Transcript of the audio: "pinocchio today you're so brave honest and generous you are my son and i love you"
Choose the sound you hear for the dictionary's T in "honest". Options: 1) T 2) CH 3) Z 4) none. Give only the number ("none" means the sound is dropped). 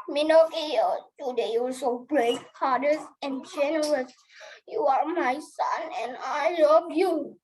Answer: 4